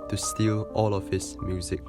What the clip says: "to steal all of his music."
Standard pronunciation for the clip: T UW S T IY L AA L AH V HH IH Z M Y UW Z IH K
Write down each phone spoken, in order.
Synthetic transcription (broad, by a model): T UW S T IY L AA L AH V HH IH S M Y UW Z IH K